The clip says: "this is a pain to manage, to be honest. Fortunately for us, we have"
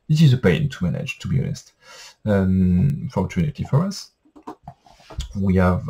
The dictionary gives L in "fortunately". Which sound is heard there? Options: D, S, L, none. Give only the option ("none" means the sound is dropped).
none